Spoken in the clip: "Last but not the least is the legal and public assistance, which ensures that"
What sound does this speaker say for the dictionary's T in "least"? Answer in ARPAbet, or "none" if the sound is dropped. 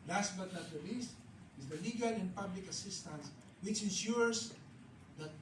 T